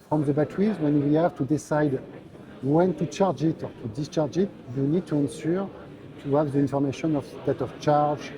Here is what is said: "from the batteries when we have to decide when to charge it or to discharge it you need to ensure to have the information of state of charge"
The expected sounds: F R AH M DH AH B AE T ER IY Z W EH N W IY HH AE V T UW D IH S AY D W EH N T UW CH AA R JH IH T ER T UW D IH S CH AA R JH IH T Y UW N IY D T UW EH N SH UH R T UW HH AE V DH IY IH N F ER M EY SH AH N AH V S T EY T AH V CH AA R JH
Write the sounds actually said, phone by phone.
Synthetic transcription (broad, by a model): F R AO M DH AH B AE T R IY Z W EH N W IY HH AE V T UW D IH S AY D W EH N T UW CH AA R JH IH T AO T UW D IH S CH AA R JH IH T Y UW N IY D T UW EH N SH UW R T UW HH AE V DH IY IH N F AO M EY SH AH N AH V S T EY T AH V CH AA R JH